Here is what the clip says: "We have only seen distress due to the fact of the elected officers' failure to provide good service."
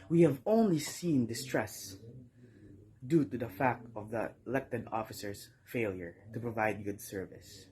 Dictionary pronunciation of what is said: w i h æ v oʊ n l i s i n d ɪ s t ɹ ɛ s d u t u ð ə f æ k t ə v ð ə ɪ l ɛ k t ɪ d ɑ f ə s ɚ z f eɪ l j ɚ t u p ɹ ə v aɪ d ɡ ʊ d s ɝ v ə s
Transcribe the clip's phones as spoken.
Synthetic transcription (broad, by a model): w i h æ v oʊ n l i s i n d ɪ s t ɹ ɛ s d u t u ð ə f æ k t ə v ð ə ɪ l ɛ k t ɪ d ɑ f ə s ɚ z f eɪ l j ɚ t u p ɹ ə v aɪ d ɡ ʊ d s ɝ v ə s